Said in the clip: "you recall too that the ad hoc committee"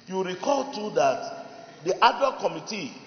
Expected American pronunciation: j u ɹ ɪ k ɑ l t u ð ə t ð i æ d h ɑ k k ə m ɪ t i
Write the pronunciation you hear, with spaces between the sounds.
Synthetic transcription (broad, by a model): j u ɹ ɪ k ɑ l t u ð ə t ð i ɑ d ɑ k k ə m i t i